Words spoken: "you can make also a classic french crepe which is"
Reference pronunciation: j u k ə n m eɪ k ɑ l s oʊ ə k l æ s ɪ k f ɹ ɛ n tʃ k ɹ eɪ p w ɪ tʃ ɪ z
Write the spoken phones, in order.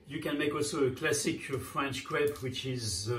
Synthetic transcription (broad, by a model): j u k ə n m eɪ k ɑ l s oʊ ə k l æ s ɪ k f ɹ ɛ n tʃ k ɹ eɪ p w ɪ tʃ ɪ z